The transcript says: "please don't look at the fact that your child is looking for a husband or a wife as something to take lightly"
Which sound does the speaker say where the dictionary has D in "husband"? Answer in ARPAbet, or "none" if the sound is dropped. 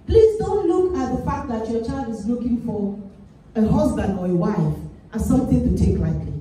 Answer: D